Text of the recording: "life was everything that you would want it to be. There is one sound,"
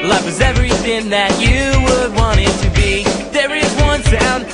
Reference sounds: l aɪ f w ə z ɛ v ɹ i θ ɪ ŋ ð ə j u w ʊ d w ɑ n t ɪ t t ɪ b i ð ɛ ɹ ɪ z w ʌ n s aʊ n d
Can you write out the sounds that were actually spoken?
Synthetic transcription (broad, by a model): l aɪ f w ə z ɛ v ɹ i θ ɪ ŋ ð ə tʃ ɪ w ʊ d w ɑ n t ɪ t t ɪ b i ð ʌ ɹ ɪ z w ʌ n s aʊ n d